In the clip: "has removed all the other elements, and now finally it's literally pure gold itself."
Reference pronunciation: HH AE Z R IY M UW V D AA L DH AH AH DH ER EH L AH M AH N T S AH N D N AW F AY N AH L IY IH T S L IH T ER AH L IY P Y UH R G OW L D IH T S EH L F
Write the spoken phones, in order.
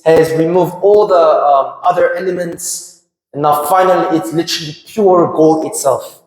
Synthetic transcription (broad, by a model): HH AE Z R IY M UW V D AA L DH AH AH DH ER EH L AH M AH N T S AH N N AW F AY N AH L IY IH T S L IH T ER AH L IY P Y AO R G OW L IH T S EH L F